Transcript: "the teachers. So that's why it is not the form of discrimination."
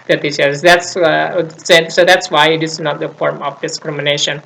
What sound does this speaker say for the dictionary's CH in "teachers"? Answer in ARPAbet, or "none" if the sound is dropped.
S